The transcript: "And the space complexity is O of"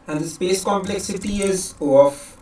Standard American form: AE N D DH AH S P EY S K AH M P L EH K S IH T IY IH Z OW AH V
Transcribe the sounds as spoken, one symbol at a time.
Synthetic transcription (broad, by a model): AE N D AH S P EY S K AH M P L EH K S IH T IY IH Z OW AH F